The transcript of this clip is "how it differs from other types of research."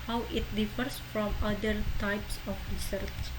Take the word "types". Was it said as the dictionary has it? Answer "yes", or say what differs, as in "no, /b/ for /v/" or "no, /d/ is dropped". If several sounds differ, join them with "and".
yes